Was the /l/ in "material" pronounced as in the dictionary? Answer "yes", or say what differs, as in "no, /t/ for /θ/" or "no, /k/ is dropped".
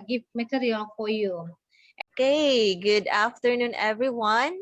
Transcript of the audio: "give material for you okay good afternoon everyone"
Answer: no, /n/ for /l/